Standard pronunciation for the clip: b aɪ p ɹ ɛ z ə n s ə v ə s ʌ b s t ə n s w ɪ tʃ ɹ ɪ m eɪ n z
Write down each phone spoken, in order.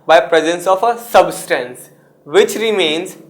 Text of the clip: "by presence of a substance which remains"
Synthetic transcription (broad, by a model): b aɪ p ɹ ɛ z ə n s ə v ə s ʌ b s t ə n s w ɪ tʃ ɹ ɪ m eɪ n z